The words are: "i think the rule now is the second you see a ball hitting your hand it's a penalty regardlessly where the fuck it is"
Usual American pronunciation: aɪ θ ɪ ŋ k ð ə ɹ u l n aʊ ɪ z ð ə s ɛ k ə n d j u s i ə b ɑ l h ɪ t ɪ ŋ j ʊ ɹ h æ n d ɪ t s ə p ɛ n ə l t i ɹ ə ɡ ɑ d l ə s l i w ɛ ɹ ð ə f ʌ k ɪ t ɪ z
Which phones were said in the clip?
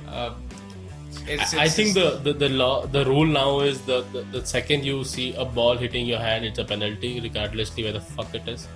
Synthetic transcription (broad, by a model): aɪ t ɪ ŋ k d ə ɹ u l n aʊ ɪ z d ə s ɛ k ə n d j u s i ə b ɑ l h ɪ t ɪ ŋ j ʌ ɹ h æ n d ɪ t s ə p ɛ n ə l t i ɹ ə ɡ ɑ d l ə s l i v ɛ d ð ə f ʌ k ɪ t ɪ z